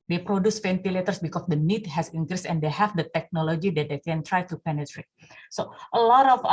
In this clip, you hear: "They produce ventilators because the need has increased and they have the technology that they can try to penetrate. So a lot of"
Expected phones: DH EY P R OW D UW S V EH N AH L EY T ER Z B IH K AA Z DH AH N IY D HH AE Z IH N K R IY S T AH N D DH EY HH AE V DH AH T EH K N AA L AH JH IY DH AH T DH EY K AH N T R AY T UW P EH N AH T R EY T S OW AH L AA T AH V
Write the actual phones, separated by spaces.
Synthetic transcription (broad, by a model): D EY P R OW D UW S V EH N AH L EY T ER S B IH K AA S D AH N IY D HH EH S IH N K R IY S AH N D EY HH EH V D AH T EH K N AA L AH JH IY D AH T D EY K AH N T R AY T UW P EH N AH T R EY T S OW AH L AA T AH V